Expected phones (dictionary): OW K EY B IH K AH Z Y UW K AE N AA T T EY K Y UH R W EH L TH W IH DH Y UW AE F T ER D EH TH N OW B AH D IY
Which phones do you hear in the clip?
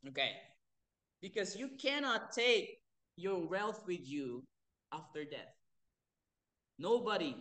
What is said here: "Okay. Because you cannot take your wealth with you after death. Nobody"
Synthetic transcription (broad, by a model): OW K EY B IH K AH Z Y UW K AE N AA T T EY K Y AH R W EH L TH W IH DH Y UW AE F T ER D EH TH N OW B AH D IY